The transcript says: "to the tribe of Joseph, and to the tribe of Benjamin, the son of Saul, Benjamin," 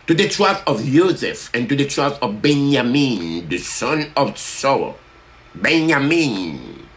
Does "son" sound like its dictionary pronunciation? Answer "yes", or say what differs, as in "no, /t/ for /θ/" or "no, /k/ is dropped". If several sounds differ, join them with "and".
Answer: yes